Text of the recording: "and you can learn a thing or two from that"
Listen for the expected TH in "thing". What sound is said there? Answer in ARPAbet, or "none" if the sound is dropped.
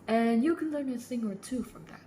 S